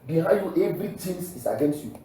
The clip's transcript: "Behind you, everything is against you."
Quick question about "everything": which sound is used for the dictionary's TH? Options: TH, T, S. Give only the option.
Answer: T